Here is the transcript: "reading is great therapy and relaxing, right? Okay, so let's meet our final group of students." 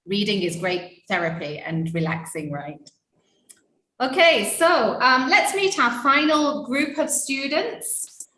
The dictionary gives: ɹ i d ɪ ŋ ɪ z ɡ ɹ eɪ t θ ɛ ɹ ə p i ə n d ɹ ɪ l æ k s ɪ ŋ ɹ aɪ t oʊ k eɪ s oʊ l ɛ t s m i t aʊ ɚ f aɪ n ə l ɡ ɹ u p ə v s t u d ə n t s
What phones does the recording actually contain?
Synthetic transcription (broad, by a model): ɹ i d ɪ ŋ ɪ z ɡ ɹ eɪ t θ ɛ ɹ ə p i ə n ɹ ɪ l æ k s ɪ ŋ ɹ aɪ t oʊ k eɪ s oʊ l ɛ t s m i t aʊ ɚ f aɪ n ə l ɡ ɹ u p ə v s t u d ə n t s